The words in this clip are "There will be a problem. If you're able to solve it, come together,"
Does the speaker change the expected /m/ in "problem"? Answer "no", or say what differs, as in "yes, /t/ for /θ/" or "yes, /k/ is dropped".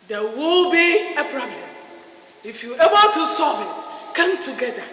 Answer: yes, /m/ is dropped